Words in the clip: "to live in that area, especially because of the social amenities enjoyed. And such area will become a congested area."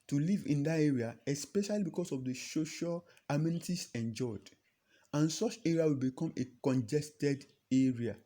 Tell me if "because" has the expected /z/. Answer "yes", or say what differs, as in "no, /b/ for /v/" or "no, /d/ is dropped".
no, /s/ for /z/